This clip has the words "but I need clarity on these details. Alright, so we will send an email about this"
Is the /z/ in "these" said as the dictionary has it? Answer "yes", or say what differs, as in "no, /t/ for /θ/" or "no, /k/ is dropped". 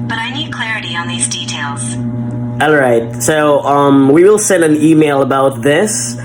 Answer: yes